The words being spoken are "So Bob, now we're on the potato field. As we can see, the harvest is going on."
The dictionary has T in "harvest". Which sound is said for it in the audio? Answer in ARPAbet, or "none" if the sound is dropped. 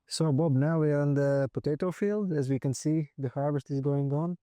T